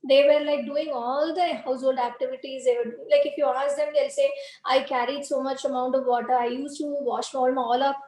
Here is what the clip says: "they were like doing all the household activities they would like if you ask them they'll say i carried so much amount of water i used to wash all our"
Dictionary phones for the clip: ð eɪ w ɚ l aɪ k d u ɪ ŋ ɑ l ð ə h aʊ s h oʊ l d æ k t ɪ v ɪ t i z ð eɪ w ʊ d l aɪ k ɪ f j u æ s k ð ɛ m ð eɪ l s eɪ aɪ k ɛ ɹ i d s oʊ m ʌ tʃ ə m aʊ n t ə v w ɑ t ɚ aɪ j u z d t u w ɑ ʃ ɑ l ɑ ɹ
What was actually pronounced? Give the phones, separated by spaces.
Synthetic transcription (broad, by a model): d eɪ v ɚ l aɪ k d u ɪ ŋ ɑ l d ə h aʊ s h oʊ l d æ k t ɪ v ɪ t i z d eɪ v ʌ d l aɪ k ɪ f j u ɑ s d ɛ m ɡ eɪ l s eɪ aɪ k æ ɹ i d s oʊ m ʌ tʃ ə m aʊ n t ə v ɑ t ɚ aɪ j u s t u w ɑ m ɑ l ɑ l